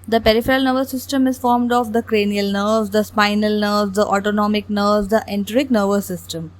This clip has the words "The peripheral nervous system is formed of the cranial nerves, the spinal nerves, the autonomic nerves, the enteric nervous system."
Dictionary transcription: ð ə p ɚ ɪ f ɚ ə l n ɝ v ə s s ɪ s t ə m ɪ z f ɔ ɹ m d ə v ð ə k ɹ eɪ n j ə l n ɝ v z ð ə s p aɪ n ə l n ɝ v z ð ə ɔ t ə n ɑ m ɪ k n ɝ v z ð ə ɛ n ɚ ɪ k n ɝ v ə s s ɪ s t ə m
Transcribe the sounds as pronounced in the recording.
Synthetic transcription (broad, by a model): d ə p ɚ ɪ f ɚ ə l n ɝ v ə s s ɪ s t ə m ɪ z f ɔ ɹ m d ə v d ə k ɹ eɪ n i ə l n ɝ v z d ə s p aɪ n ə l n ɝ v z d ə ɔ t ə n ɑ m ɪ k n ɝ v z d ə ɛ n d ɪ k n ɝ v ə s s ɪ s t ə m